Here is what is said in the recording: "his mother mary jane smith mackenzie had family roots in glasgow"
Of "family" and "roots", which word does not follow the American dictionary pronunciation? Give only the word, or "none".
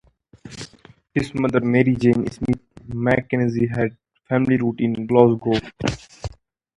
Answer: roots